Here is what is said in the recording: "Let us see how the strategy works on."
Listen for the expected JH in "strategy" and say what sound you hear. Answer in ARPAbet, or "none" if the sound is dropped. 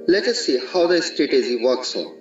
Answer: Z